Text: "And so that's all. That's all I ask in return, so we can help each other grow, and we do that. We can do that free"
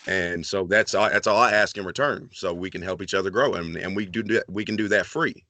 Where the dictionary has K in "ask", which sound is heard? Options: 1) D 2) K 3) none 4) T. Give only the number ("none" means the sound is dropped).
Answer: 2